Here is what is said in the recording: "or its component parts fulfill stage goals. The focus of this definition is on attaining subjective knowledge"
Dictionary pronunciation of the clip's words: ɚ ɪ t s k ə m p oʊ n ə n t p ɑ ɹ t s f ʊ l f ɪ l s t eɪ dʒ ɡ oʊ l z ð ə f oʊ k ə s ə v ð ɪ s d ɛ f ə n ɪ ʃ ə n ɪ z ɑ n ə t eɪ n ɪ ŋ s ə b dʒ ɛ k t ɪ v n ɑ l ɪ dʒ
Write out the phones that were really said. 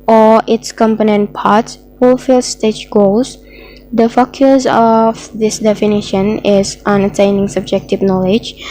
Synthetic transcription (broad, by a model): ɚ ɪ t s k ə m p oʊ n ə n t p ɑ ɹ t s f ʊ l f ɪ l s t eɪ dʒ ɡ oʊ l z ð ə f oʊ k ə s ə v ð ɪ s d ɛ f ə n ɪ ʃ ə n ɪ z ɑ n ə t eɪ n ɪ ŋ s ə b dʒ ɛ k t ɪ v n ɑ l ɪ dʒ